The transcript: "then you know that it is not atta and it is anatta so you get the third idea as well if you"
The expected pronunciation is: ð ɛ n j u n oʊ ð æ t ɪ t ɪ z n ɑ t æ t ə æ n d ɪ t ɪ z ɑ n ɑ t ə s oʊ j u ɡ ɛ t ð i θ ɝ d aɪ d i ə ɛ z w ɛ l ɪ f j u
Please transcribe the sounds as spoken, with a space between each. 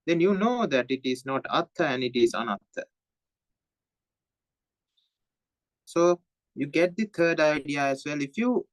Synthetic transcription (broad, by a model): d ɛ n j u n oʊ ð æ t ɪ t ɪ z n ɑ t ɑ t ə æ n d ɪ t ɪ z ɑ n ɑ t ə s oʊ j u ɡ ɛ t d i t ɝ d aɪ d i ə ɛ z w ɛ l ɪ f j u